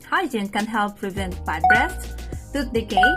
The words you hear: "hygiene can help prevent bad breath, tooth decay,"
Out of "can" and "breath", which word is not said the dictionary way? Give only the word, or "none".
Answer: breath